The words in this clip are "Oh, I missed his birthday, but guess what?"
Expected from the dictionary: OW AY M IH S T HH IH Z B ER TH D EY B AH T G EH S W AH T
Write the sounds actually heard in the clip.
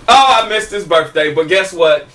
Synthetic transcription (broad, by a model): OW AY M IH S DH IH S B ER TH D EY B AH T G EH S W AH T